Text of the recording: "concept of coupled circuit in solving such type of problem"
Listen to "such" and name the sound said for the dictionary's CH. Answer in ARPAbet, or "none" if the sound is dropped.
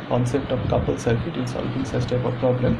S